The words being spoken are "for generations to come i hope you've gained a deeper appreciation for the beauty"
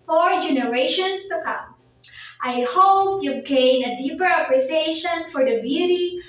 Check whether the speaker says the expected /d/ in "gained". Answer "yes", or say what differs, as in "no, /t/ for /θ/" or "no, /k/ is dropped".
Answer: no, /d/ is dropped